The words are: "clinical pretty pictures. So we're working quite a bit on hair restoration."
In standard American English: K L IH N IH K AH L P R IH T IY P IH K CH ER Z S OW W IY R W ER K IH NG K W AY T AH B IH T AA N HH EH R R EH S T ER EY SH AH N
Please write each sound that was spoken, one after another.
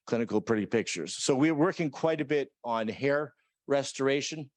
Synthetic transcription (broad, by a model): K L IH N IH K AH L P R IH T IY P IH K CH ER Z S OW W IY R W ER K IH NG K W AY T AH B IH T N HH EH R R EH S T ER EY SH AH N